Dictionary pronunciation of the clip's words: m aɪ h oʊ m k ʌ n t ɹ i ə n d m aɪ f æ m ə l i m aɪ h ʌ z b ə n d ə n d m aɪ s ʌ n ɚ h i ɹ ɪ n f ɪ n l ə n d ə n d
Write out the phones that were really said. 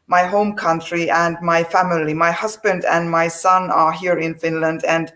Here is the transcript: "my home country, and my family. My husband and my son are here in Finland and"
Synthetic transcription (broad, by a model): m aɪ h oʊ m k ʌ n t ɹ i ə n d m aɪ f æ m ə l i m aɪ h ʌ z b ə n d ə n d m aɪ s ʌ n ɚ h i ɹ ɪ n f ɪ n l ə n d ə n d